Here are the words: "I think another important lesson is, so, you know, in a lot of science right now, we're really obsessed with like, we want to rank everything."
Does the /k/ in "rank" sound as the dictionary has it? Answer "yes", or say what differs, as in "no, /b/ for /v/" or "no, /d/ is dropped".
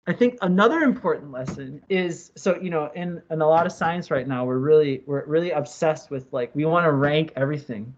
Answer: yes